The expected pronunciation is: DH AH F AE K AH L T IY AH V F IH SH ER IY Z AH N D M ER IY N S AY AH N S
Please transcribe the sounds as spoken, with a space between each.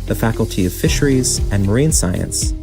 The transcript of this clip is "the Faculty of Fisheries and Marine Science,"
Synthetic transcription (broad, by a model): DH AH F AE K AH L T IY AH V F IH SH ER IY Z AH N M ER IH N S AY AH N S